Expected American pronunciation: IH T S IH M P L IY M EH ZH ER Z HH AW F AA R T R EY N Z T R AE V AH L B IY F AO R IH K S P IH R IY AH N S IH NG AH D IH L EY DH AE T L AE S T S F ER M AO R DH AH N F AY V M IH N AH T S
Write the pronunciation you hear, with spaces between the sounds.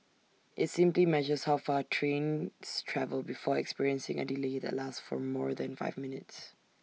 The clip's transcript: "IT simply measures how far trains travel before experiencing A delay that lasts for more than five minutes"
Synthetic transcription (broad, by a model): IH T S IH M P L IY M EH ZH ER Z HH AW F AA T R EY N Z T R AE V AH L B IY F AO R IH K S P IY R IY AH N S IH NG AH D IH L EY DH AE T L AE S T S F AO M AO R DH AH N F AY V M IH N AH T S